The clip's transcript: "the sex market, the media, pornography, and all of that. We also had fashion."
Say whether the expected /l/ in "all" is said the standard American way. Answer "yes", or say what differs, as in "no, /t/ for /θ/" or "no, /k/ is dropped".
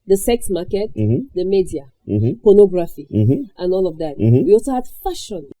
yes